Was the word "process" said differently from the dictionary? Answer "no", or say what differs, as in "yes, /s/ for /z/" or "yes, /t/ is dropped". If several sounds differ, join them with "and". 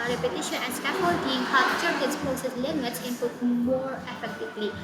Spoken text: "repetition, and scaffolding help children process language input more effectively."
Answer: yes, /ɹ/ is dropped